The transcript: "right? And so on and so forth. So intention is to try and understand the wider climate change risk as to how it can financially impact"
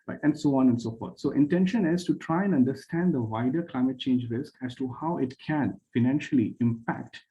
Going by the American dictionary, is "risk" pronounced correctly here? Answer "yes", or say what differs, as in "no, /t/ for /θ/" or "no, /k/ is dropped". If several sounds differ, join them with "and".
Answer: yes